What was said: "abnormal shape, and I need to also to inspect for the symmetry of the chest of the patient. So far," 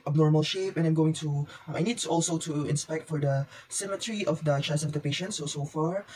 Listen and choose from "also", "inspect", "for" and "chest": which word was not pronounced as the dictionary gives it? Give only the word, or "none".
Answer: chest